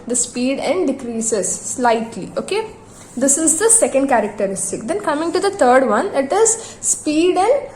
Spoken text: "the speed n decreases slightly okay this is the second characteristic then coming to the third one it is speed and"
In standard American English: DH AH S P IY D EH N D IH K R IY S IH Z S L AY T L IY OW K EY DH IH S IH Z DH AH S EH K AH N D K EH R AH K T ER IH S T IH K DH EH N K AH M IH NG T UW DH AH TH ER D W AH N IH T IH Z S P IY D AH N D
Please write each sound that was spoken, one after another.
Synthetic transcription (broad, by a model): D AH S P IY D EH N D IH K R IY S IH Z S L AY T L IY OW K EY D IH S IH Z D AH S EH K AH N D K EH R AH K T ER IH S T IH K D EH N K AH M IH NG T UW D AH T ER D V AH N IH T IH Z S P IY D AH N D